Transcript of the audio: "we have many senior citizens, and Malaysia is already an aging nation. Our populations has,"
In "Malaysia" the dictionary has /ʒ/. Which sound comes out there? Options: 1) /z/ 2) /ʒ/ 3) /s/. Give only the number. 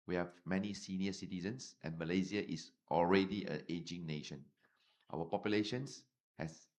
1